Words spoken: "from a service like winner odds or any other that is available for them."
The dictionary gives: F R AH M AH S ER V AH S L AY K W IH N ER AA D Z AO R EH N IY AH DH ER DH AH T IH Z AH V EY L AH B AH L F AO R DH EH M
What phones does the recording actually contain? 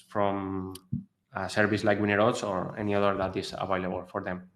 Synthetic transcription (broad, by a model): F R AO M AH S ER B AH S L AY K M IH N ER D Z AO R EH N IY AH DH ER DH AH T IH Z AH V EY L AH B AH L F AO R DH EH M